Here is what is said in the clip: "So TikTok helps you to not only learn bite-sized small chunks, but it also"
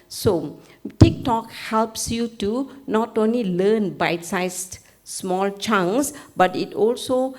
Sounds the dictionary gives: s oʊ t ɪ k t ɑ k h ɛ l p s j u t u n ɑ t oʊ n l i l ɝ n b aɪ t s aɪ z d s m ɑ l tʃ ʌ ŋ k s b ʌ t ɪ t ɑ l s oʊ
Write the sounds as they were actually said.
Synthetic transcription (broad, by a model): s oʊ t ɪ k t ɑ k h ɛ l p s j u t u n ɑ t oʊ n l i l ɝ n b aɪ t s aɪ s s m ɑ l tʃ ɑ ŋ s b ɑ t ɪ t ɑ l s oʊ